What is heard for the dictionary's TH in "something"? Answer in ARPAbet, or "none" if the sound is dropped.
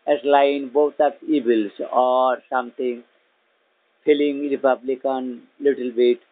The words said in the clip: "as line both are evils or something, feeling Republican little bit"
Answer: T